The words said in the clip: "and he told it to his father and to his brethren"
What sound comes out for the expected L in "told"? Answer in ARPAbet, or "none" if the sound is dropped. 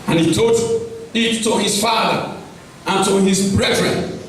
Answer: none